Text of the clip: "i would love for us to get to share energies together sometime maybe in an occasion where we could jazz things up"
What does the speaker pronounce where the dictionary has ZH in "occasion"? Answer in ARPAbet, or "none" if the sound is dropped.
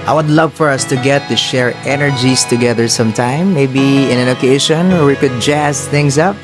SH